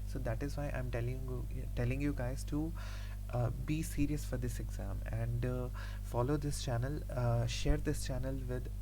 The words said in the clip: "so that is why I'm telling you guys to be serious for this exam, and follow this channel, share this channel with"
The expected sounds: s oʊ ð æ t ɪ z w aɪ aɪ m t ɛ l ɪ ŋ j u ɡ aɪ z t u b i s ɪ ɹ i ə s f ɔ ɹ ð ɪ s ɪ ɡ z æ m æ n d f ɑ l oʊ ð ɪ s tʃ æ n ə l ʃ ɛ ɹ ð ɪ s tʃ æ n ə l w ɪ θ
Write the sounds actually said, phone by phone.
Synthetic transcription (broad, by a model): s oʊ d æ t ɪ z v aɪ aɪ m t ɛ l ɪ ŋ j u ɡ aɪ z t u b i s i ɹ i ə s f ɔ ɹ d ɪ s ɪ ɡ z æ m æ n d f ɑ l oʊ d ɪ s tʃ æ n ə l ʃ ɛ ɹ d ɪ s tʃ æ n ə l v ɪ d